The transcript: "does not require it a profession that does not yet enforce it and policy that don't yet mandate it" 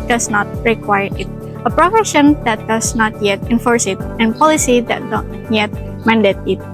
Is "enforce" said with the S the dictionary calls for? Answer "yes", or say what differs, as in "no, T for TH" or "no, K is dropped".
yes